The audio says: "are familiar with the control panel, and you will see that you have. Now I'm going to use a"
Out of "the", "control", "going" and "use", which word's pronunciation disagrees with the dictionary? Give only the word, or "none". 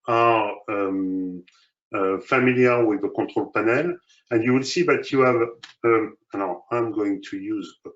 control